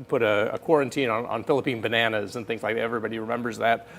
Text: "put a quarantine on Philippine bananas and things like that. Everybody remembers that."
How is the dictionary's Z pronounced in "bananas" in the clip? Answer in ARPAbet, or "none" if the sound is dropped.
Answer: Z